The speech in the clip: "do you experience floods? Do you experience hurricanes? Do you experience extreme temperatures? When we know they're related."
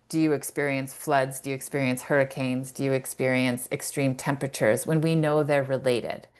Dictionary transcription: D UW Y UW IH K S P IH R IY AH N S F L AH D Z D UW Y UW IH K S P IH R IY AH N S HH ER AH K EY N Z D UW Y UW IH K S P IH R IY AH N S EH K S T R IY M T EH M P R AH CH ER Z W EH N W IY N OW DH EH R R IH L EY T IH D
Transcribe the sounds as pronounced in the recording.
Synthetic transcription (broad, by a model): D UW Y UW IH K S P IH R IY AH N S F L AH D Z D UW Y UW IH K S P IH R IY AH N S HH ER AH K EY N Z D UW Y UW IH K S P IH R IY AH N S EH K S T R IY M T EH M P R AH CH ER Z W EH N W IY N OW DH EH R R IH L EY T IH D